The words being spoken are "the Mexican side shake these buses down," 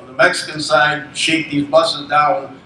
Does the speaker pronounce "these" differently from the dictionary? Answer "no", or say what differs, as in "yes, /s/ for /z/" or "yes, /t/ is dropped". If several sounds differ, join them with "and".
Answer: no